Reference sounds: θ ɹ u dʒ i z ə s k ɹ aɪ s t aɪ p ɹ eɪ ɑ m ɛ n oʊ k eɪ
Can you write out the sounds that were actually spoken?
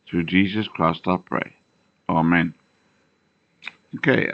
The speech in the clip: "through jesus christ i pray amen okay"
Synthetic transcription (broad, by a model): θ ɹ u dʒ i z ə s k ɹ aɪ s t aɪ p ɹ eɪ ɑ m ɛ n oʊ k eɪ